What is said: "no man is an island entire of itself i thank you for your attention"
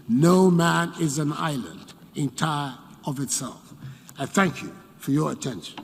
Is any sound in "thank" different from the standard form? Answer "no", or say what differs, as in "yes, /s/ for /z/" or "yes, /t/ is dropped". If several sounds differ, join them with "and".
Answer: no